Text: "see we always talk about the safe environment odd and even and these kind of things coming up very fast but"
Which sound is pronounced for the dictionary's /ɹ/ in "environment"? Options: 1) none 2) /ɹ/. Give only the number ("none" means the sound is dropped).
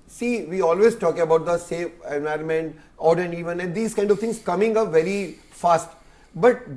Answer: 2